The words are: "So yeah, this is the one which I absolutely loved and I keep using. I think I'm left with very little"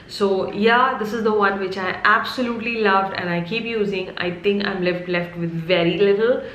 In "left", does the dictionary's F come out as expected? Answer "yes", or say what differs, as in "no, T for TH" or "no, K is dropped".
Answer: yes